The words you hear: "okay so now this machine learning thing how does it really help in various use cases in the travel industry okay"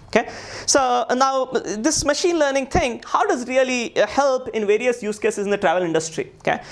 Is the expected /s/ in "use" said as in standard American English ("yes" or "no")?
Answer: yes